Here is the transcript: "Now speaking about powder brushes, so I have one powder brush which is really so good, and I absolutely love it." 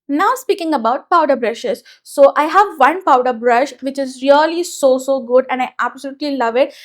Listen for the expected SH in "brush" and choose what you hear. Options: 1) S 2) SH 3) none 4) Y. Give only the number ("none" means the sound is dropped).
2